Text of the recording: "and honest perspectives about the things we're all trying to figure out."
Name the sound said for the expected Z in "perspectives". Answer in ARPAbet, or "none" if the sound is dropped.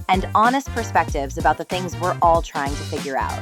Z